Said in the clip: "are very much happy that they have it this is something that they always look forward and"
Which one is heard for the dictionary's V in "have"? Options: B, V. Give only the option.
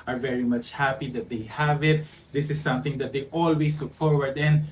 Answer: V